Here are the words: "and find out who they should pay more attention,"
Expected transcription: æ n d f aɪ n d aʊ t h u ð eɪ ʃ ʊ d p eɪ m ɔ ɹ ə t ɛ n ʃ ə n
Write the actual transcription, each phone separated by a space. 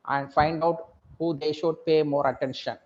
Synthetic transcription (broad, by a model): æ n d f aɪ n d aʊ t h u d eɪ ʃ ʊ d p eɪ m ɔ ɹ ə t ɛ n ʃ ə n